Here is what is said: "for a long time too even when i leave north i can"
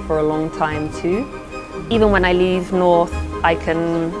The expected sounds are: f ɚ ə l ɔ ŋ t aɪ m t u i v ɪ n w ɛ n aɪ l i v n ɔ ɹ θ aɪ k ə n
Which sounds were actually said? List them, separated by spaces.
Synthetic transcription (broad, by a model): f ɚ ə l ɔ ŋ t aɪ m t u i v ɪ n w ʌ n aɪ l i v n ɔ ɹ θ aɪ k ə n